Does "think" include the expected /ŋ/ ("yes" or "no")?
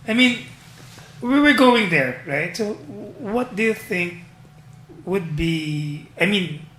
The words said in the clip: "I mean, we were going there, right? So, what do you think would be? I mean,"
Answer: yes